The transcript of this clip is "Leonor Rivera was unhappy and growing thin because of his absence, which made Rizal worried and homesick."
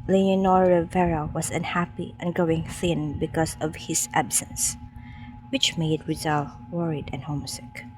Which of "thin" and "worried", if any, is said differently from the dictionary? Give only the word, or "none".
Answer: none